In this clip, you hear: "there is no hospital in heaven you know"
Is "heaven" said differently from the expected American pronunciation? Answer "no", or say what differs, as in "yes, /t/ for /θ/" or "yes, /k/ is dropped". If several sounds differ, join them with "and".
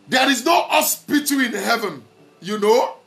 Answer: no